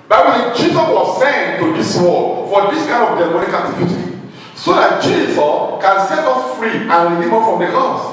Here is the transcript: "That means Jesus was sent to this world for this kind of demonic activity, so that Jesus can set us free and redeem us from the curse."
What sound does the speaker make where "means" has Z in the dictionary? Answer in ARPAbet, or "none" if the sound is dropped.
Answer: none